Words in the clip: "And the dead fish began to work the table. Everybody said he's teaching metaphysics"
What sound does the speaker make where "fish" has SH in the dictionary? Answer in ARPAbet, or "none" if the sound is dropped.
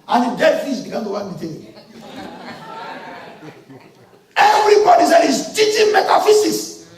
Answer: S